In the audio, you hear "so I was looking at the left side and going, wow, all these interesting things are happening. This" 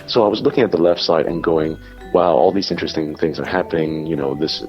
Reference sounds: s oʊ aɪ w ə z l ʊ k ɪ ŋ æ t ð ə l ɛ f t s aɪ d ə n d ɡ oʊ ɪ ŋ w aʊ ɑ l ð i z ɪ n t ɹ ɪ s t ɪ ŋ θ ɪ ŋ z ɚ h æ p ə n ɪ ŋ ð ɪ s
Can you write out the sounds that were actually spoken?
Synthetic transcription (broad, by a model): s oʊ aɪ w ə z l ʊ k ɪ ŋ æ t ð ə l ɛ f t s aɪ d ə n ɡ oʊ ɪ ŋ w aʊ ɑ l ð i z ɪ n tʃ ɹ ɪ s t ɪ ŋ θ ɪ ŋ z ɚ h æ p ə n ɪ ŋ ð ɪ s